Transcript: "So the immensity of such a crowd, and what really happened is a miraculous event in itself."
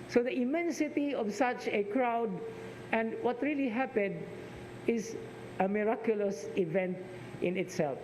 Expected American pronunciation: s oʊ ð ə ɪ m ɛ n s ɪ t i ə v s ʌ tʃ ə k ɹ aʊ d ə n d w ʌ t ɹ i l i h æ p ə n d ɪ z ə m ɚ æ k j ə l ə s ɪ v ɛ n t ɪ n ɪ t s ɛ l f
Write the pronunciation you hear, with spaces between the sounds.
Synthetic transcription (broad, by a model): s oʊ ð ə ɪ m ɛ n s ɪ t i ə v s ʌ tʃ ə k ɹ aʊ d ə n d w ʌ t ɹ i l i h æ p ə n d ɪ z ə m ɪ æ k j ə l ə s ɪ v ɛ n t ɪ n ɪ t s ɛ l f